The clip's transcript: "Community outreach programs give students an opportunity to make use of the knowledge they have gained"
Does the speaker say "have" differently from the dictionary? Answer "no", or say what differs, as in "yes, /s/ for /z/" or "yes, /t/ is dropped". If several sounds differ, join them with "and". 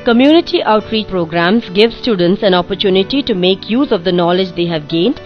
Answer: no